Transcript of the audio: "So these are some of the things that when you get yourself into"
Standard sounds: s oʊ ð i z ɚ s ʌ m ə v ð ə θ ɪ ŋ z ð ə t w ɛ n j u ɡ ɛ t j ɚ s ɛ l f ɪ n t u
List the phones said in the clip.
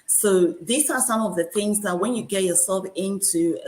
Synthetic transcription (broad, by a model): s oʊ ð i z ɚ s ʌ m ə v ð ə θ ɪ ŋ z ð ə t w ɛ n j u ɡ ɛ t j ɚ s ɛ l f ɪ n t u